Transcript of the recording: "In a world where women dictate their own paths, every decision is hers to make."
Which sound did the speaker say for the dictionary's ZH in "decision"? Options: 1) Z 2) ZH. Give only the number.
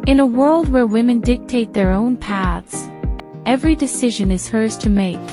2